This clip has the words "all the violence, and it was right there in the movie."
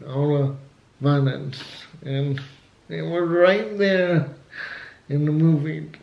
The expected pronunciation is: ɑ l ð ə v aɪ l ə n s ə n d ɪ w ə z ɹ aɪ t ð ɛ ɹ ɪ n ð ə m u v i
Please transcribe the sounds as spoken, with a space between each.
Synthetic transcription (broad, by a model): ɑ l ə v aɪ n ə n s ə n ɪ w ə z ɹ aɪ t ð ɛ ɹ ɪ n ð ə m u v i